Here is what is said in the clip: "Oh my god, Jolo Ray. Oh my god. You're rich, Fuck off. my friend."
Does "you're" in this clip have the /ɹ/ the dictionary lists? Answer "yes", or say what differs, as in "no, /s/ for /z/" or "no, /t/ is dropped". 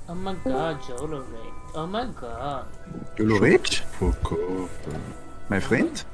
no, /l/ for /ɹ/